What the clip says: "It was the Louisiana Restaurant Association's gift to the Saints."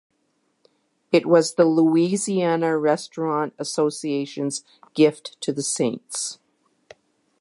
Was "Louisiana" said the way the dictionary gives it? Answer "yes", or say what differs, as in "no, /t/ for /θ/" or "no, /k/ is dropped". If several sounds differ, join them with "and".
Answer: yes